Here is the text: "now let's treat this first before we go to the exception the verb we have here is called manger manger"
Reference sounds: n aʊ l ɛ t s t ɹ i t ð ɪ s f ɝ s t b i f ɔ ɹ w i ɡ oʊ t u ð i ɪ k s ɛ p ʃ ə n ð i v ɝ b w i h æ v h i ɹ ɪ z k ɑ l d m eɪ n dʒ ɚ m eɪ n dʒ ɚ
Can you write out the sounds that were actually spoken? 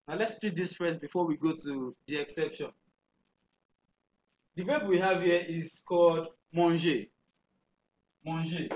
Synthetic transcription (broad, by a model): n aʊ l ɛ t s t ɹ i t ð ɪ s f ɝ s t b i f ɔ w i ɡ oʊ t u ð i ɪ k s ɛ p ʃ ə n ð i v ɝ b w i h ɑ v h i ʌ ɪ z k ɑ l d m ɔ n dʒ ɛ m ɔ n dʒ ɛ